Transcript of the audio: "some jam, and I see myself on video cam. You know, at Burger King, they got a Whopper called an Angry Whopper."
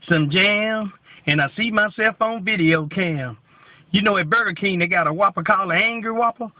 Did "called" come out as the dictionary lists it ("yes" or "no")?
no